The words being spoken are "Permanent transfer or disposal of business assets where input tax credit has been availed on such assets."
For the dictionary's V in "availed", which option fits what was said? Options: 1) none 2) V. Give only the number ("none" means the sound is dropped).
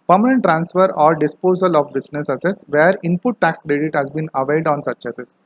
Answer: 2